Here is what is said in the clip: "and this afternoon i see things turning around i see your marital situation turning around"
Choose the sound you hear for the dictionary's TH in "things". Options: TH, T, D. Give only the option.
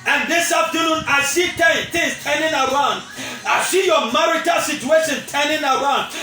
T